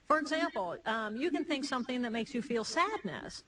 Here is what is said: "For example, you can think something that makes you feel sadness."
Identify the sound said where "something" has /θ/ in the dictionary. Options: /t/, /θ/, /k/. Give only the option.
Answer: /θ/